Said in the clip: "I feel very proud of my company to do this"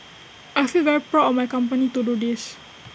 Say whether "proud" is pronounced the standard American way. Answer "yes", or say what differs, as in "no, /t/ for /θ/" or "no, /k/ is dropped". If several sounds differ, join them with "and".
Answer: no, /d/ is dropped